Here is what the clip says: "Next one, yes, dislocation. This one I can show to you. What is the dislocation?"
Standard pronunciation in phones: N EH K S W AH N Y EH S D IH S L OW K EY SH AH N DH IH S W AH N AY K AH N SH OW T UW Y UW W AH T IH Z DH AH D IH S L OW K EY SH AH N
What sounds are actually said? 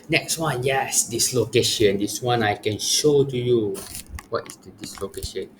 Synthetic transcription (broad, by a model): N EH K S W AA N Y EH S D IH S L OW K EY SH AH N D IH S W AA N AY K AH N SH OW T UW Y UW W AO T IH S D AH D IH S L OW K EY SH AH N